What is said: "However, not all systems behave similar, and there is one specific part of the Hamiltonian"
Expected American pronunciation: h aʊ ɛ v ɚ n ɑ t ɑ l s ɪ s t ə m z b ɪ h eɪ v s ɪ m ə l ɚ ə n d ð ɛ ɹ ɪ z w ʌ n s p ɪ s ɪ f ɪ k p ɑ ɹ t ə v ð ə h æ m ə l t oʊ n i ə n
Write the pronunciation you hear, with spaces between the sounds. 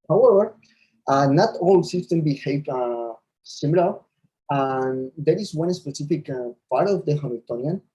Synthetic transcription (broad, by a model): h aʊ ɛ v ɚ n ɑ t ɑ l s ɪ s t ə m b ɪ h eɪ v s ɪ m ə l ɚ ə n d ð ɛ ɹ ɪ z w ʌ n s p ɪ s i f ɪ k p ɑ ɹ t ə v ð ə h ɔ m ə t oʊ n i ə n